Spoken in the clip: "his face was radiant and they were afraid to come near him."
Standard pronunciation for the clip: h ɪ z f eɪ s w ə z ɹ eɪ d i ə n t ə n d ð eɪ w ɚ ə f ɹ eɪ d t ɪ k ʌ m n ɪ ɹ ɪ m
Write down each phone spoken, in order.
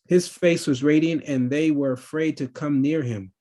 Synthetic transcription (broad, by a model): h ɪ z f eɪ s w ə z ɹ eɪ d i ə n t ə n ð eɪ w ɚ ə f ɹ eɪ d t ɪ k ʌ m n ɪ ɹ ɪ m